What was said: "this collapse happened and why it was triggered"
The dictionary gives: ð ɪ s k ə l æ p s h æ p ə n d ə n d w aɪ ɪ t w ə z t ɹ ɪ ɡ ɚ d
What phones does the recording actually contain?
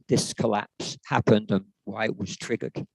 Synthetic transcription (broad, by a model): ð ɪ s k ə l æ p s h æ p ə n d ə n w aɪ ɪ t w ə z t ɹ ɪ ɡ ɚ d